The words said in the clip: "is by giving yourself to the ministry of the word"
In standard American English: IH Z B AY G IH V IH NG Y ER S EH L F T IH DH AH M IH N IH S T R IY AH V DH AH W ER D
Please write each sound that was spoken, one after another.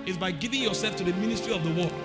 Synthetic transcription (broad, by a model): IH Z B AY G IH V IH NG Y ER S EH L F T IH DH AH M IH N IH S T R IY AH V DH AH W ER